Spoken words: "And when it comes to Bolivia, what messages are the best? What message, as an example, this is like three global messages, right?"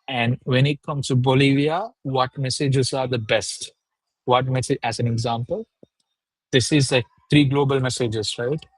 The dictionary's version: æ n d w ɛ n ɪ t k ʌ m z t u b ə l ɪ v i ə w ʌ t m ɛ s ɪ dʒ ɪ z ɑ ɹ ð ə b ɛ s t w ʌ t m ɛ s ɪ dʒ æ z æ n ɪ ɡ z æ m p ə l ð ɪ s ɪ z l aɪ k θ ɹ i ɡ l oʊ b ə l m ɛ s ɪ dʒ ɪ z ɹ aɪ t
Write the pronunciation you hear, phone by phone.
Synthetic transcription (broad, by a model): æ n d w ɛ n ɪ t k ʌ m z t u b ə l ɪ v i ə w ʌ t m ɛ s ɪ dʒ ɪ z ɑ ɹ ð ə b ɛ s t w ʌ t m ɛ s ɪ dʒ æ z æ n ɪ ɡ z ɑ m p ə l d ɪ s ɪ z l aɪ k t ɹ i ɡ l oʊ b ə l m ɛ s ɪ dʒ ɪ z ɹ aɪ t